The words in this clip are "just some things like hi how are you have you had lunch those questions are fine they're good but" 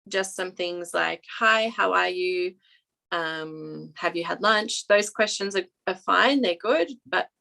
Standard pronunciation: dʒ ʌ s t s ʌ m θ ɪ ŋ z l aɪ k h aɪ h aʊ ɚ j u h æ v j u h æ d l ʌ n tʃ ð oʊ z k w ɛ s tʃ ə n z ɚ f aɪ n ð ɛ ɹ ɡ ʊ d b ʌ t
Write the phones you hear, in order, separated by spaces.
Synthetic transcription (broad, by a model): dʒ ʌ s t s ʌ m θ ɪ ŋ z l aɪ k h aɪ h aʊ ɚ j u h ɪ v j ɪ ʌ d l ʌ n tʃ ð oʊ z k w ɛ s tʃ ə n z ɚ f aɪ n ð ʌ ɹ ɡ ʊ d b ʌ t